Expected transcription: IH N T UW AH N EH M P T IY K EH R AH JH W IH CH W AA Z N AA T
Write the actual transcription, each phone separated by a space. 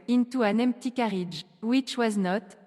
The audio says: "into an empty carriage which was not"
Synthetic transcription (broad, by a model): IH N T UW AH N EH M P T IY K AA R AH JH W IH CH W AA Z N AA T